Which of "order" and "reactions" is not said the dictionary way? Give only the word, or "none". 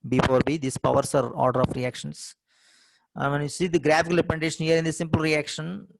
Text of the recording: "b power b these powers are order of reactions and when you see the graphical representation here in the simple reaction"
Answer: reactions